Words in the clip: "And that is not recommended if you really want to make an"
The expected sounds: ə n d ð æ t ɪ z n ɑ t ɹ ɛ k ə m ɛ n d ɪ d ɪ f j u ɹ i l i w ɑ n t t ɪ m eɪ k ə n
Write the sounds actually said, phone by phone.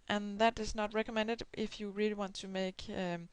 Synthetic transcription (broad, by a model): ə n ð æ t ɪ z n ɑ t ɹ ɛ k ə m ɛ n d ɪ d ɪ f j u ɹ i l i w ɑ n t t ɪ m eɪ ə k